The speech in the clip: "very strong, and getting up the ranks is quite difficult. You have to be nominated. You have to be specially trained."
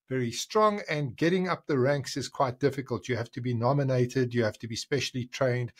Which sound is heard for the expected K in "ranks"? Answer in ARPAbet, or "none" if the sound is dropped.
K